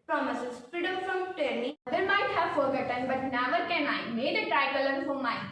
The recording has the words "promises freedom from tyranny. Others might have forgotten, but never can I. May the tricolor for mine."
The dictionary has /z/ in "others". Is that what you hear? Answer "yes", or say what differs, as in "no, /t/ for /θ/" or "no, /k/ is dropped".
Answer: no, /z/ is dropped